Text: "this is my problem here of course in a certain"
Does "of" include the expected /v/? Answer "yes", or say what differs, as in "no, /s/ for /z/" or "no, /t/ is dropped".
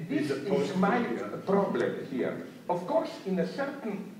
no, /f/ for /v/